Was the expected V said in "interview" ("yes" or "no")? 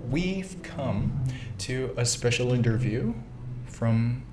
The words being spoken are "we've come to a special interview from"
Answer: yes